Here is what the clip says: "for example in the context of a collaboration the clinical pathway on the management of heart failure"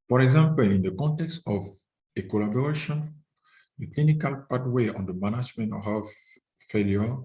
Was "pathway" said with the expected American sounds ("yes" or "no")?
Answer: no